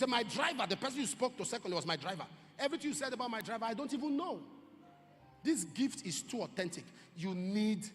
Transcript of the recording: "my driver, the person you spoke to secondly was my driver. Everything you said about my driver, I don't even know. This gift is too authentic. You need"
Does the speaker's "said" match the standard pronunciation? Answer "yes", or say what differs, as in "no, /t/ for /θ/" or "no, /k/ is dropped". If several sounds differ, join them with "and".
yes